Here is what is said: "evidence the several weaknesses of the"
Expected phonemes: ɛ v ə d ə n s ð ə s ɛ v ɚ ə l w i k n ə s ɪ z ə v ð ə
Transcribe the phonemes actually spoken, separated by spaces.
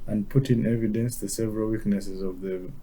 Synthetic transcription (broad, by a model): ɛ v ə d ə n s ð ə s ɛ v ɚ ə l w i k n ə s ɪ z ə v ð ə